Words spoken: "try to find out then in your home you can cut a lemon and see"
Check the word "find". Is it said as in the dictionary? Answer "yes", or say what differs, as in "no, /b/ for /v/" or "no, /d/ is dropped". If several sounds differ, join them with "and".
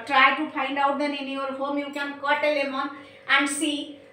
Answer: no, /p/ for /f/